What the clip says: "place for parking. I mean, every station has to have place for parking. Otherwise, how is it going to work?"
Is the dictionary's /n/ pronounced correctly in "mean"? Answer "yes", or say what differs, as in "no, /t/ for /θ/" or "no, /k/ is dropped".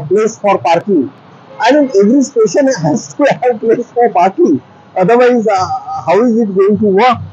no, /n/ is dropped